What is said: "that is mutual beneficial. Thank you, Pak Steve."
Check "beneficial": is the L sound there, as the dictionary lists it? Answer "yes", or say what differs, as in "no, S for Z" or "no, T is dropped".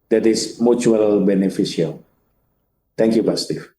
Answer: yes